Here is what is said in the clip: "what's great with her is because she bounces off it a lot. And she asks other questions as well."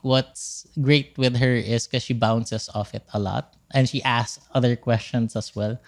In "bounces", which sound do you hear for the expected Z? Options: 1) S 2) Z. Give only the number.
1